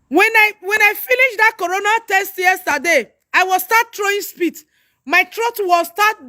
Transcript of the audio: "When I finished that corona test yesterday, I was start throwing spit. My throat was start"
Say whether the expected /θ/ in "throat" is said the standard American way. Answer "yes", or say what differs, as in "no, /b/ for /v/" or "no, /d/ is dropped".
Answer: no, /t/ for /θ/